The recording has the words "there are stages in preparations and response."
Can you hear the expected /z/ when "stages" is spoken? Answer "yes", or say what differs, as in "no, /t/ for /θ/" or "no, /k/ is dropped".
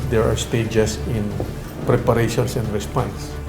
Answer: no, /s/ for /z/